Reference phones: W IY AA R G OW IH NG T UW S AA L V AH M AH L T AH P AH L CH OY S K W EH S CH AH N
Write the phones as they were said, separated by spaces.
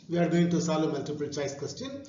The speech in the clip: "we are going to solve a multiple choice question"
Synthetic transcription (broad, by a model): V IY AA R G OW IH NG T UW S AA L AH M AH L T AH P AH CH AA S K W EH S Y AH N